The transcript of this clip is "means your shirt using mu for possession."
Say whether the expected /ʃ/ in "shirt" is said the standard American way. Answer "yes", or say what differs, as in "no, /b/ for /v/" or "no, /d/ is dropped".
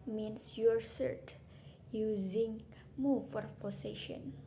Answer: no, /s/ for /ʃ/